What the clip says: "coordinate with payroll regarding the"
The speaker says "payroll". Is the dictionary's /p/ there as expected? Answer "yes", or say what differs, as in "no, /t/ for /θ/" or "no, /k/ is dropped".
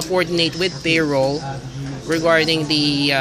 no, /b/ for /p/